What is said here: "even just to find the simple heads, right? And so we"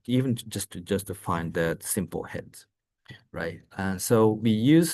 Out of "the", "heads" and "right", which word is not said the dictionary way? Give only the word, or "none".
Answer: none